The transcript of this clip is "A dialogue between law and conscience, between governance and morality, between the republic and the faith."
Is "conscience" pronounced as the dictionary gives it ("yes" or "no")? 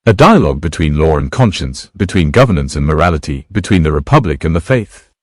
yes